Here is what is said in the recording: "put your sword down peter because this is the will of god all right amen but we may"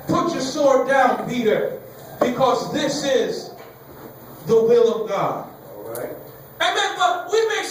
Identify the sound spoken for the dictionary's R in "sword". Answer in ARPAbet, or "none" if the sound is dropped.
R